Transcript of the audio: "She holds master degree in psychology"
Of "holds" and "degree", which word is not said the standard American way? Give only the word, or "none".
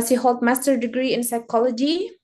holds